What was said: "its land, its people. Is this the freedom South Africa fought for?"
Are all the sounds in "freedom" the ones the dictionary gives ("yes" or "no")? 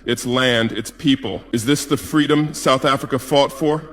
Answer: yes